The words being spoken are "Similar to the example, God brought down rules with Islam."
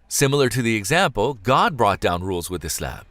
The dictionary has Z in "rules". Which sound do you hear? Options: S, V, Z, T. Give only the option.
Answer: Z